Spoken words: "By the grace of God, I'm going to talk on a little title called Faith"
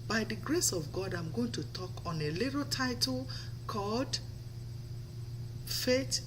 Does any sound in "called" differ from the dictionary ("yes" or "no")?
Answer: no